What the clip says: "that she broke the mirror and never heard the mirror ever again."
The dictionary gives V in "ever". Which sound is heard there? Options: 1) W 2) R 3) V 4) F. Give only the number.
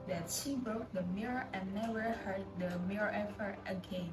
4